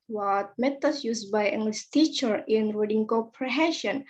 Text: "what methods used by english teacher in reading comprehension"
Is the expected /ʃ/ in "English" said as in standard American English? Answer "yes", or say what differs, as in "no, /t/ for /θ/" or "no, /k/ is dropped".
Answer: no, /s/ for /ʃ/